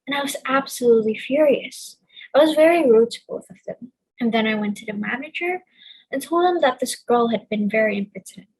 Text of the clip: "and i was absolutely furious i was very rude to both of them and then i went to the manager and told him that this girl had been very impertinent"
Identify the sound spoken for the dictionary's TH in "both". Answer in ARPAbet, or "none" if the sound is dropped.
TH